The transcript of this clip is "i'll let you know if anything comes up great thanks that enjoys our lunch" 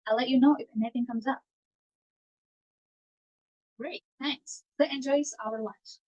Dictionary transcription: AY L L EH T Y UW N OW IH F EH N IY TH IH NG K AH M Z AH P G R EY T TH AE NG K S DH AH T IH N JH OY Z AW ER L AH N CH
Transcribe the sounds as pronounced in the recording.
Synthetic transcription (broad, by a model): AY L L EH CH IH N OW IH F EH N IY TH IH NG K AH M Z AH P G R EY T TH AE NG K S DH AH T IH N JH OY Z AW ER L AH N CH